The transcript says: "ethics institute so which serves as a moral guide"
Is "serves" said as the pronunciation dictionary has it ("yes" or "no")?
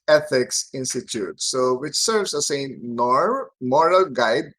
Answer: no